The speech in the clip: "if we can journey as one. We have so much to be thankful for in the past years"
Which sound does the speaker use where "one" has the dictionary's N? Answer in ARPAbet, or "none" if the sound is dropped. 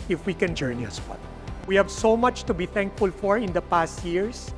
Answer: L